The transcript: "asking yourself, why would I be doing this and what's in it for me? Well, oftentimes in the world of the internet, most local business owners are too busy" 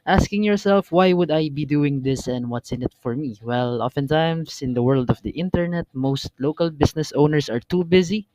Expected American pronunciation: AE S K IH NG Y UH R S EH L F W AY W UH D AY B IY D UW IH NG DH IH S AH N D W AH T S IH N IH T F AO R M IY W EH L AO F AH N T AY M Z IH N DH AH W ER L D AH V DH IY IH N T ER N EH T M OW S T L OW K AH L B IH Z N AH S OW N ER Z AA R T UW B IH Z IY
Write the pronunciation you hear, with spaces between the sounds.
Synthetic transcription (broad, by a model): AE S K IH NG Y UH R S EH L F W AY W UH D AY B IY D UW IH NG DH IH S AH N D W AH T S IH N IH T F AO R M IY W EH L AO F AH N T AY M S IH N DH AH W ER L D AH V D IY IH N T ER N EH T M OW S T L OW K AH L B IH S N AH S OW N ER S AA R T UW B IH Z IY